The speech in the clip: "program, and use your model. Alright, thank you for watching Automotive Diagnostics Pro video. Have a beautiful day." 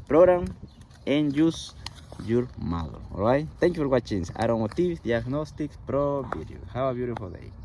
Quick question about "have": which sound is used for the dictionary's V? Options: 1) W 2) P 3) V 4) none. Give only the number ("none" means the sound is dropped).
1